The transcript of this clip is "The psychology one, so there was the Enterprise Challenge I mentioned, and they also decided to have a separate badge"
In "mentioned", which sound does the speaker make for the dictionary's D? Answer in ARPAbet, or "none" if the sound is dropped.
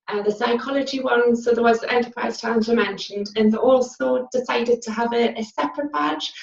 D